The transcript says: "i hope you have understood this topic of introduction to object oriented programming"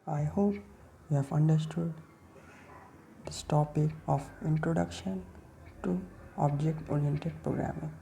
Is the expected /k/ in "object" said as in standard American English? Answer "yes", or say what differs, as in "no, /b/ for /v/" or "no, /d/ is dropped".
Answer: yes